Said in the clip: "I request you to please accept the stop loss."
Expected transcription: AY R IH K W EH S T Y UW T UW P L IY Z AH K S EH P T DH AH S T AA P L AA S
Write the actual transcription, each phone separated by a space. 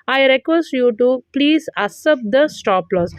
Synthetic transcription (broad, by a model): AY R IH K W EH S T Y UW T UW P L IY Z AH S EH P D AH S T AA P L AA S